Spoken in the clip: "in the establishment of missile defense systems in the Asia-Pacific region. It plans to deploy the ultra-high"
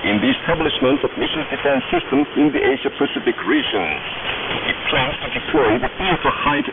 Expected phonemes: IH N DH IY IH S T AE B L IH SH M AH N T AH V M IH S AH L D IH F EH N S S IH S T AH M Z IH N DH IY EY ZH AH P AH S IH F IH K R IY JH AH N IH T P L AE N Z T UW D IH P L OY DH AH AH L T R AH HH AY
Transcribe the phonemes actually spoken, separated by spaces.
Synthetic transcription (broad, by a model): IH N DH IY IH S T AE B L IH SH M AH N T AH V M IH SH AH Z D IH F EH N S S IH S T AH M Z IH N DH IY EY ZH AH P AH S IH F IH K R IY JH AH N IH T P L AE N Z T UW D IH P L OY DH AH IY T AH HH AY